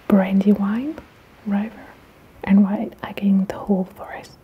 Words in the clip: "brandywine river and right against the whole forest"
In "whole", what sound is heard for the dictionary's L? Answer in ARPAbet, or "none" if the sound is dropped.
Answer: L